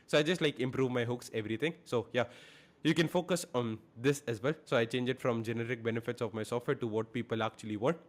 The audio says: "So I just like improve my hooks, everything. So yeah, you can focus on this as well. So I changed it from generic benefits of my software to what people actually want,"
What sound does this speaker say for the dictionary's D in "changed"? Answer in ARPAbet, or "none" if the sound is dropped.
none